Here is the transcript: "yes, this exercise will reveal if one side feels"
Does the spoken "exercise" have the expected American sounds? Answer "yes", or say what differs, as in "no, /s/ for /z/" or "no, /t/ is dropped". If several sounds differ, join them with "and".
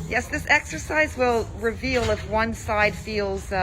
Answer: yes